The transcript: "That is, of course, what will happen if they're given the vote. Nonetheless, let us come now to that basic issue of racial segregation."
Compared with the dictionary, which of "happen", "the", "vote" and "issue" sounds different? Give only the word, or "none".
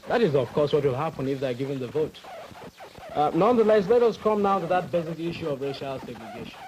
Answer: none